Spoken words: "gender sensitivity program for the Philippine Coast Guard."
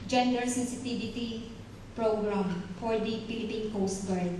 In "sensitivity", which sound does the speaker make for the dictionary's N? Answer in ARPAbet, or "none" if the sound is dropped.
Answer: none